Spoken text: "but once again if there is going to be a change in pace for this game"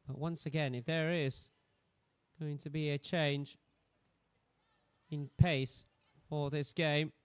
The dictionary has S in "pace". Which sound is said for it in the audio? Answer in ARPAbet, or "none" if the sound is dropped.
S